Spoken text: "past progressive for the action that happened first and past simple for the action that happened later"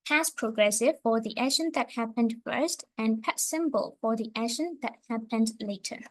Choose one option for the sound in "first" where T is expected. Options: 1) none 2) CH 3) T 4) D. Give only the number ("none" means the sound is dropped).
3